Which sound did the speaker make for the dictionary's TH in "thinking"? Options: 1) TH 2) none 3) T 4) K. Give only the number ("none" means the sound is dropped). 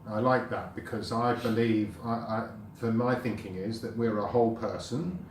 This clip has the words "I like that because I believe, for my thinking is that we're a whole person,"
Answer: 1